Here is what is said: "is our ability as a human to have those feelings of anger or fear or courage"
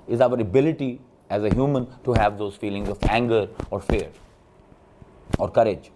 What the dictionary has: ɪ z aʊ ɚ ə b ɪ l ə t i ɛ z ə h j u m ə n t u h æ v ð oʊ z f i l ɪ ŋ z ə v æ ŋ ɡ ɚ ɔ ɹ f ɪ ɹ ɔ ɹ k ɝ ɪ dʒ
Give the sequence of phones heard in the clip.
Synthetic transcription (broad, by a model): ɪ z aʊ ɚ ə b ɪ l ə t i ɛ z ə h j u m ə n t u h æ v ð oʊ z f i l ɪ ŋ z ə v æ ŋ ɡ ɚ ɔ ɹ f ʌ ɹ ɔ ɹ k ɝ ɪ dʒ